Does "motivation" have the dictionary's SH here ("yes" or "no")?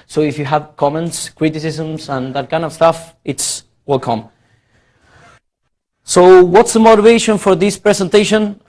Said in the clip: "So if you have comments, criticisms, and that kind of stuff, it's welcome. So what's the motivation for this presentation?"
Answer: yes